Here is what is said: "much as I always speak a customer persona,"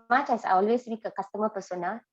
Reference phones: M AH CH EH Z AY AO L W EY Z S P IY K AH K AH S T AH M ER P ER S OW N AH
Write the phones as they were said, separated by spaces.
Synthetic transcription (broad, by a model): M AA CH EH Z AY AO L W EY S B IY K AH K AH S T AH M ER P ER S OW N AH